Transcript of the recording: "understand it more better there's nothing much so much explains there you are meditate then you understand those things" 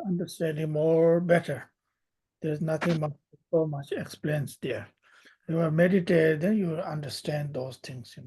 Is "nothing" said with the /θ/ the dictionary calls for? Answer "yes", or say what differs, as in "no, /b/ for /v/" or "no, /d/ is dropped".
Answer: no, /t/ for /θ/